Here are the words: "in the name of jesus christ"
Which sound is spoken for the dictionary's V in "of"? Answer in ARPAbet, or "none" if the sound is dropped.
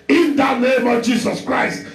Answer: V